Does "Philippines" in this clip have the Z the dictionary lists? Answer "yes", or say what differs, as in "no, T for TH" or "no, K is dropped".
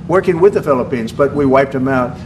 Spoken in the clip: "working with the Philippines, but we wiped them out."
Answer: yes